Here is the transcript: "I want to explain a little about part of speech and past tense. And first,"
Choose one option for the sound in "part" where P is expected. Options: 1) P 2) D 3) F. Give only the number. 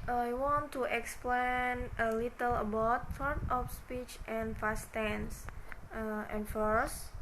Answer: 3